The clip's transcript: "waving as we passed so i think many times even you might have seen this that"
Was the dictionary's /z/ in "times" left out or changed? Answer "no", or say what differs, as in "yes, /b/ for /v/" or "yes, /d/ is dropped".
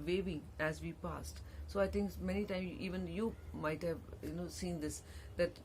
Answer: yes, /z/ is dropped